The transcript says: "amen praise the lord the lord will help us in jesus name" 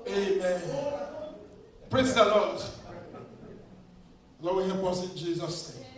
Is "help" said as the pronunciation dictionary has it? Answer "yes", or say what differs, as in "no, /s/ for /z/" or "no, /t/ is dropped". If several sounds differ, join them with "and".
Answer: no, /l/ is dropped